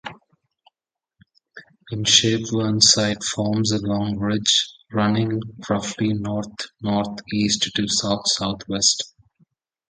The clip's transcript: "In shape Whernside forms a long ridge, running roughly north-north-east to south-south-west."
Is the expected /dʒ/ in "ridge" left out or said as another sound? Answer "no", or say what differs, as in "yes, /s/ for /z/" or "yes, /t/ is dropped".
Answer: no